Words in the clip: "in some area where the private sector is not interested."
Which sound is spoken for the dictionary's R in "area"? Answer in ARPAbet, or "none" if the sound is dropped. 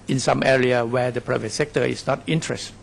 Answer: R